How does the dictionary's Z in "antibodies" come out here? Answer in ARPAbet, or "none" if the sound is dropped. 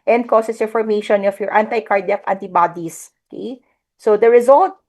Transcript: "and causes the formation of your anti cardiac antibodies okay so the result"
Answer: S